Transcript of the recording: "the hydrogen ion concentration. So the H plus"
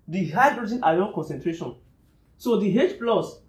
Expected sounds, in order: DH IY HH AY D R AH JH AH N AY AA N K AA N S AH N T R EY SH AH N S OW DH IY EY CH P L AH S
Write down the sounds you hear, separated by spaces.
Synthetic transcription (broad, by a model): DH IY HH AY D R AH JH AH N AY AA K AA N S AH N T R EY SH AH N S OW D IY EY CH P L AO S